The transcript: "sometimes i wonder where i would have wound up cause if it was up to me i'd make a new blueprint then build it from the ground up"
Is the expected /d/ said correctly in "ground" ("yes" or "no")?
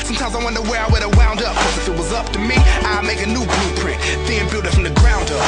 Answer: yes